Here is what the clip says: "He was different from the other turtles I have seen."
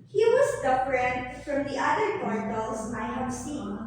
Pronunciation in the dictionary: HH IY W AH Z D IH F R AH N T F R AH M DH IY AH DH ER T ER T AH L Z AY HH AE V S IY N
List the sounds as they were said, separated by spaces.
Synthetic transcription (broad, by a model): HH IY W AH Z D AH P R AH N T F R AH M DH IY AH DH ER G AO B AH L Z AY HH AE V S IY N